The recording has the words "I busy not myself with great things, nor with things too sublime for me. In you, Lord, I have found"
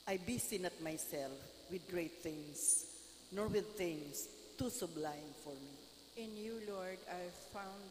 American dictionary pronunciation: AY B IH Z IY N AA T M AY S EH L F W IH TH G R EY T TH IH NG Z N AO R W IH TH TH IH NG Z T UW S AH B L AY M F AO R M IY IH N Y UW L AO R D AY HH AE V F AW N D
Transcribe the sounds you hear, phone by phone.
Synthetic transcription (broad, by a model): AY B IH S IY N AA T M AY S EH L F W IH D G R EY T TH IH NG S N AO R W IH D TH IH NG S T UW S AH B L AY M F AO R M IY IH N Y UW L AO R D AY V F AW N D